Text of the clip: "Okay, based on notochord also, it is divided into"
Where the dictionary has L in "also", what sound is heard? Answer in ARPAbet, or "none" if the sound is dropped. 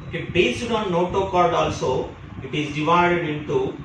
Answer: L